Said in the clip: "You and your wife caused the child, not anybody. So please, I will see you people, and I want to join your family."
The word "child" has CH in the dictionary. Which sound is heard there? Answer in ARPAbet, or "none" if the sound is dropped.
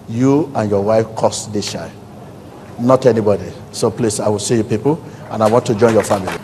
SH